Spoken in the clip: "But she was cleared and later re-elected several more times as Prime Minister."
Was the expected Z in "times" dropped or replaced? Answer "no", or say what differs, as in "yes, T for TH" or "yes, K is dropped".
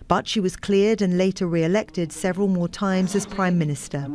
no